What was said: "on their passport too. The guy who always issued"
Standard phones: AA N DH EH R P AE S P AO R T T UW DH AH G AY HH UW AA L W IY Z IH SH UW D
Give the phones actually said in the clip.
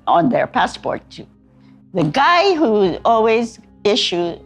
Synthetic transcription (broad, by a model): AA N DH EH R P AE S P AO R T T UW DH AH G AY HH UW AA L W IY Z IH SH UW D